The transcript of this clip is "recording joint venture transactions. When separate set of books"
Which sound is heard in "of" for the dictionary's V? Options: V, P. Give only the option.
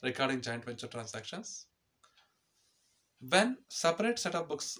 P